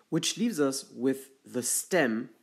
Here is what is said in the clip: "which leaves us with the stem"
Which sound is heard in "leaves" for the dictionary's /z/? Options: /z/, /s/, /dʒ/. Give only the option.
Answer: /z/